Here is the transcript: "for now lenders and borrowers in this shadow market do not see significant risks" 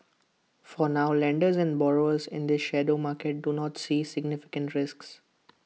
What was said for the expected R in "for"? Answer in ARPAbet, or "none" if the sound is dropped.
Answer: R